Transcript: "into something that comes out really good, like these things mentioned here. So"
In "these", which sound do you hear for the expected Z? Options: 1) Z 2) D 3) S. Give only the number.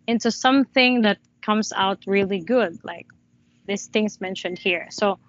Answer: 3